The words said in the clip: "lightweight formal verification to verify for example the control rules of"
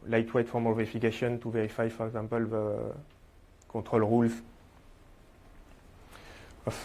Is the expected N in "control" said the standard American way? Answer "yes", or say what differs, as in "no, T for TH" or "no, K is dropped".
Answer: no, N is dropped